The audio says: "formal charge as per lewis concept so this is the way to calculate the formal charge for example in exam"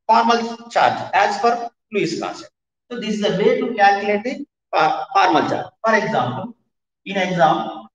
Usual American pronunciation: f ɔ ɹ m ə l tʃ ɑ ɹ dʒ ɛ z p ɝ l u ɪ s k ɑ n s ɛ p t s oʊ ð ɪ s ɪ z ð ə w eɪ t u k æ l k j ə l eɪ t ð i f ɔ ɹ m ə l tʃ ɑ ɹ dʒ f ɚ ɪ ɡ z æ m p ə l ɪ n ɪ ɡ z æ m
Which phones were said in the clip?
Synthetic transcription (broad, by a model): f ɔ ɹ m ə l tʃ ɑ ɹ dʒ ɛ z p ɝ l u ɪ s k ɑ s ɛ t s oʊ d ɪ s ɪ z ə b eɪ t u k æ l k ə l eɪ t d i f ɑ ɹ m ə l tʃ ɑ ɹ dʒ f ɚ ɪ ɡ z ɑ m p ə l ɪ n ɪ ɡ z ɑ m